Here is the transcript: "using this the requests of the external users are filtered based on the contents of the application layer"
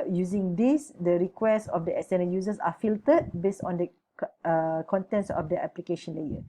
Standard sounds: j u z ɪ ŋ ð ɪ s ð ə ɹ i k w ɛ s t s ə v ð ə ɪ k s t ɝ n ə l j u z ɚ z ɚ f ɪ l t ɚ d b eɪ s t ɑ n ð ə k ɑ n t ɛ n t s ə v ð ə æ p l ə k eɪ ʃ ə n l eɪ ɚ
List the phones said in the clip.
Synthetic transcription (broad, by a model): j u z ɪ ŋ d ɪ s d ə ɹ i k w ɛ s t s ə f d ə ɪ s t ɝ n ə j u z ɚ s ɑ f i l t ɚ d b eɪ s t ɑ n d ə k ɑ n t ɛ n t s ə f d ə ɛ p l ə k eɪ ʃ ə n l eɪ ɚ